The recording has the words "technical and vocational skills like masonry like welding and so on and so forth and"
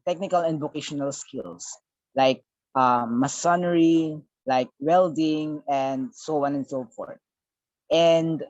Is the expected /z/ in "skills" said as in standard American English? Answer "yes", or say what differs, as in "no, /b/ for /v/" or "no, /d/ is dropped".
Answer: no, /s/ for /z/